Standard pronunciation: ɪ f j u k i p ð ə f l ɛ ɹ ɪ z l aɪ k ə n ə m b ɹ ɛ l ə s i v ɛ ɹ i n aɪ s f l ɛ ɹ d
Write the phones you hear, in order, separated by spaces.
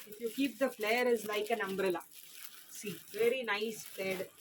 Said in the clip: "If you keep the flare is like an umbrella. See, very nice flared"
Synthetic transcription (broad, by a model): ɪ f j u k i p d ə f l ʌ ɹ ɪ z l aɪ k ə n ə m b ɹ ɛ l ə s i v ɛ ɹ i n aɪ s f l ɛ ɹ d